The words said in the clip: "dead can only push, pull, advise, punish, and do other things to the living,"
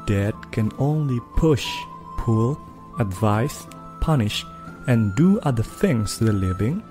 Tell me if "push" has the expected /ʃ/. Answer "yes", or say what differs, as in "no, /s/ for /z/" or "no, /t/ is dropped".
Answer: yes